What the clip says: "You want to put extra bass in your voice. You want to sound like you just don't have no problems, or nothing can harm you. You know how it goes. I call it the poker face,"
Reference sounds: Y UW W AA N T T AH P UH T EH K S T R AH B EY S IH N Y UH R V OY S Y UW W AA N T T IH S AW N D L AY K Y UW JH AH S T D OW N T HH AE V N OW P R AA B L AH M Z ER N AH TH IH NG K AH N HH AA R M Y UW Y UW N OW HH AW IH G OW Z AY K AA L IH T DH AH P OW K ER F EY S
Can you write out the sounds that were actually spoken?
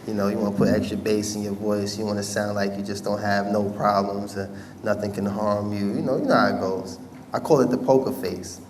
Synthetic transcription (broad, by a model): Y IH W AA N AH P UH T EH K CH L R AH B EY S IH N Y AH R V OY S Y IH W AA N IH S AW N D L AY K Y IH JH AH S D OW N T HH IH V N OW P R AA B L AH M Z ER N AH TH IH NG K AH N HH AA R M Y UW Y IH N OW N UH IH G OW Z AY K AA L IH T DH AH P OW K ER F EY S